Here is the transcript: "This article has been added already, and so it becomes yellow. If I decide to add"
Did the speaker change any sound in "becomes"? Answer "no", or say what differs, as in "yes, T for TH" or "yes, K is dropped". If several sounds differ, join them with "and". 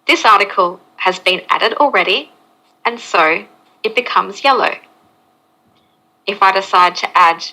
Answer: no